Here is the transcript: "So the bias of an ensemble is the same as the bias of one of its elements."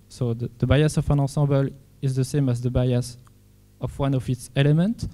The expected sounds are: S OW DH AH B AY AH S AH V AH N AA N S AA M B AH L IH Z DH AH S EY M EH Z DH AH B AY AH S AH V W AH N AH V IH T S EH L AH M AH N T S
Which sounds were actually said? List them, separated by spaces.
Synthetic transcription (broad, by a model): S OW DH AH B AY AH S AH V AH N AA S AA B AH L IH Z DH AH S EY M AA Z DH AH B AY AH S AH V W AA N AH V IH T S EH L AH M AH N T